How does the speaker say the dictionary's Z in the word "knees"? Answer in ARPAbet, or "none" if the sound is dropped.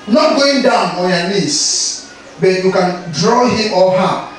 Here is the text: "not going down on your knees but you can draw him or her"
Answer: S